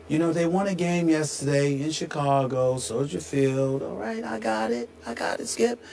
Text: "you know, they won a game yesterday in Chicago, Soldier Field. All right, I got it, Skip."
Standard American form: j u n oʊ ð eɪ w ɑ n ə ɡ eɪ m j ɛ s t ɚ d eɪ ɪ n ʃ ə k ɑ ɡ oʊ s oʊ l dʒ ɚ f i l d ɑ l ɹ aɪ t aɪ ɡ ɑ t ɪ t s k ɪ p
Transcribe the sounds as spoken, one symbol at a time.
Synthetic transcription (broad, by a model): j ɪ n oʊ ð eɪ w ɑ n ə ɡ eɪ m j ɛ s t ɚ d eɪ ɪ n ʃ ə k ɑ ɡ oʊ s oʊ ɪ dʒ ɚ f i l d ɑ l ɹ aɪ t aɪ ɡ ɑ t ɪ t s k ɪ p